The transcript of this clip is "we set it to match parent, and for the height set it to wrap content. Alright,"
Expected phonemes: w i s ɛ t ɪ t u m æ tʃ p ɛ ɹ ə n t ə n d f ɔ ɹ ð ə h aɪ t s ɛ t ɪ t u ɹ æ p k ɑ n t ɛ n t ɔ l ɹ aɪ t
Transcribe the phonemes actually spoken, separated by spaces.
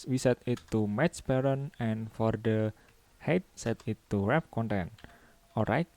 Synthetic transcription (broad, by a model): w i s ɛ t ɪ t u m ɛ s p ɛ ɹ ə n ə n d f ɔ ɹ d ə h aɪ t s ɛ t ɪ t u ɹ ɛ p k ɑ n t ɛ n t ɔ l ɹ aɪ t